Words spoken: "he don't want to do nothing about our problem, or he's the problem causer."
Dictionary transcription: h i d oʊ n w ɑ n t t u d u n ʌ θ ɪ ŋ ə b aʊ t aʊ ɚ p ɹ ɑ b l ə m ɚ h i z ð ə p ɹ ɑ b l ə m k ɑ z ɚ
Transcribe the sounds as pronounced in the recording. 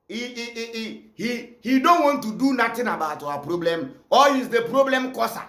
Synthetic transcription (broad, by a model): h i d oʊ n w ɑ n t t u d u n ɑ t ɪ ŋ ə b aʊ t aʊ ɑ p ɹ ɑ b l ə m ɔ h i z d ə p ɹ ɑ b l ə m k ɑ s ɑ